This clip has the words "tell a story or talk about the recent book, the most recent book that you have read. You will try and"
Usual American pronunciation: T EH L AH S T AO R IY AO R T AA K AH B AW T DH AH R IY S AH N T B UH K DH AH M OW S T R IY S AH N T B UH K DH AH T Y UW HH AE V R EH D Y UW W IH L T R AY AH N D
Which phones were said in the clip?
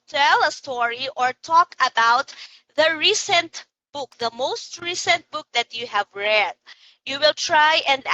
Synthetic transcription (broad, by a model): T EH L AH S T AO R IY AO R T AA K AH B AW T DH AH R IY S AH N T B UH K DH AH M OW S T R IY S AH N T B UH K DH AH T Y UW HH AE V R EH D Y UW W IH L T R AY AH N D